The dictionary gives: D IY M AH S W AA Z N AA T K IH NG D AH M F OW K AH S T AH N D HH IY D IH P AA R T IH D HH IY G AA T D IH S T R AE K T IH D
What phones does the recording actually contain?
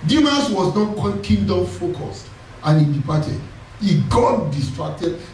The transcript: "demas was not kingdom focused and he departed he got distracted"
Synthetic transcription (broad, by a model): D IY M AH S W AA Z N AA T K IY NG D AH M F OW K AH S T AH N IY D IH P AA T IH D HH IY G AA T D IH S T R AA K T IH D